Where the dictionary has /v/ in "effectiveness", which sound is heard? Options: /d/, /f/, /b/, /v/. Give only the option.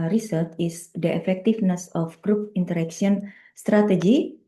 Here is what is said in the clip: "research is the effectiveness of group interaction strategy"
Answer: /f/